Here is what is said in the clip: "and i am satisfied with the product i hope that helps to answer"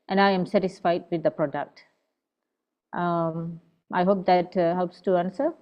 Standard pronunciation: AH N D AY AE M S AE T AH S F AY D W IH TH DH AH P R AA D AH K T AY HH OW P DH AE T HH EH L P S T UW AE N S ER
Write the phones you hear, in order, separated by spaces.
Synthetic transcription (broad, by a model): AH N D AY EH M S AE T AH S F AY D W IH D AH P R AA D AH K T AY HH OW P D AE T HH EH L P S T UW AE N S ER